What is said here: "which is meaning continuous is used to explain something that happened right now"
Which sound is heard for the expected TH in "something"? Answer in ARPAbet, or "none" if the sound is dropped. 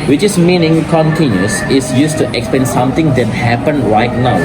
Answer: T